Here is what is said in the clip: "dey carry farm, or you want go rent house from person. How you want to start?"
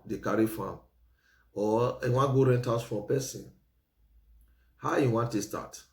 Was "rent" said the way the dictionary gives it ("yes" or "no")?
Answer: yes